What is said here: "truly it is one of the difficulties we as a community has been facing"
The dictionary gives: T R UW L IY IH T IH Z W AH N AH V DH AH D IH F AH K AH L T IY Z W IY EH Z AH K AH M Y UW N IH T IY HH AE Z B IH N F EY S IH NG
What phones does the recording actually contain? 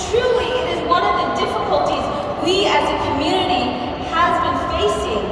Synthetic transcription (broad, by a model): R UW L IY IH T IH Z W AH N AH V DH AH D IH F AH K AH L T IY Z W IY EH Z AH K AH M Y UW N IH T IY HH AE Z B IH N F EY S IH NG